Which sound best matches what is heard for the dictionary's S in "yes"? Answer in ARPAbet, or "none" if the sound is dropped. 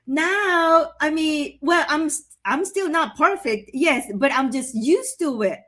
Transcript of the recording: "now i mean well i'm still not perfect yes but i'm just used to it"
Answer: S